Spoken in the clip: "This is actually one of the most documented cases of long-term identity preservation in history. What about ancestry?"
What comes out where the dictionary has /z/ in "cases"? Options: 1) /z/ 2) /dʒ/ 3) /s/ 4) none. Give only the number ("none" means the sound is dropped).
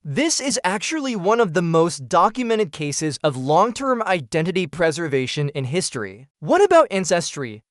1